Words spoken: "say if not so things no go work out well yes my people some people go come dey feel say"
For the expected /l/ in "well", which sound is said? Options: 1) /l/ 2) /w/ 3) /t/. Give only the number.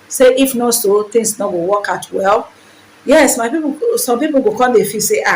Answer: 1